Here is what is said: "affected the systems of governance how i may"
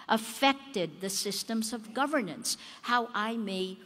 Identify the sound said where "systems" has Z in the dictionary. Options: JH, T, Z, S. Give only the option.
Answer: Z